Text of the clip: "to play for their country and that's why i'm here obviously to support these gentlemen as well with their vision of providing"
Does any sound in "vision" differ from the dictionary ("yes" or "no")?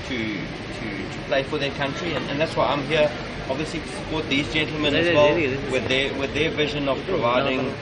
no